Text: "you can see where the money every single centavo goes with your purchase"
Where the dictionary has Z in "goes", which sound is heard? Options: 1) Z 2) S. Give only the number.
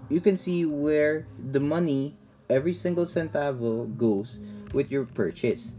2